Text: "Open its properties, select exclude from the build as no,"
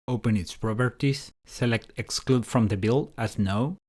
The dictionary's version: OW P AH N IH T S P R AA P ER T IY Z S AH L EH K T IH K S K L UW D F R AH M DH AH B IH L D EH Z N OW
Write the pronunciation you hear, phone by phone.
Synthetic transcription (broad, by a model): OW P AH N IH T S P R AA B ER T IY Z S AH L EH K T IH K S K L UW D F R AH M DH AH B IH L AA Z N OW